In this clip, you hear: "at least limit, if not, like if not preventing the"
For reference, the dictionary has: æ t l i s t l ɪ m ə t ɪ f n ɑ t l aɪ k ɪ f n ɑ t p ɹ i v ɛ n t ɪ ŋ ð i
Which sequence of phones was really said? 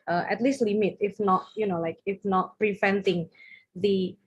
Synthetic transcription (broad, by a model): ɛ t l i s t l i m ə t ɪ f n ɑ t l aɪ k ɪ f n ɑ t p ɹ i v ɛ n t ɪ ŋ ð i